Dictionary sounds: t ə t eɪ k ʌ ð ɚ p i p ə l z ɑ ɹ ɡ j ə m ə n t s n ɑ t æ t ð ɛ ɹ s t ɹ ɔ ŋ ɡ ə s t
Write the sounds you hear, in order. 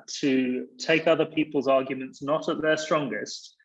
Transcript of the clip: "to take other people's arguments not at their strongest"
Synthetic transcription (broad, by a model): t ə t eɪ k ʌ ð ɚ p i p ə l z ɑ ɡ j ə m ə n t s n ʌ t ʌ t ð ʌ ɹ s t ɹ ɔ ŋ ɡ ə s t